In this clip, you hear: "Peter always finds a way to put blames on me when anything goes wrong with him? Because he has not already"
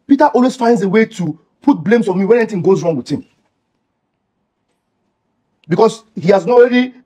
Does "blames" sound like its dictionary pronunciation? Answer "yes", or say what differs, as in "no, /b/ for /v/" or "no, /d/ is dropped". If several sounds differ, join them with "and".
no, /s/ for /z/